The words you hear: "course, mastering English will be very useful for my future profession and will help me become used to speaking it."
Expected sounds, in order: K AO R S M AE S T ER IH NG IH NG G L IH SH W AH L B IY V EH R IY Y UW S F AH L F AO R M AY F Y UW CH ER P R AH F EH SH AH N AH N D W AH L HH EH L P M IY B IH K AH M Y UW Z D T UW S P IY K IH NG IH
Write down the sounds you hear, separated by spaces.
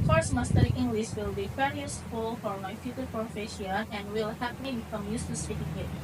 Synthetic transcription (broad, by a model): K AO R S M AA S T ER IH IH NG G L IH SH W AH L B IY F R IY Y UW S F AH L F AO R M AY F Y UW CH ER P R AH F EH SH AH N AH N W AH L HH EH P M IY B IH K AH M Y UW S T UW S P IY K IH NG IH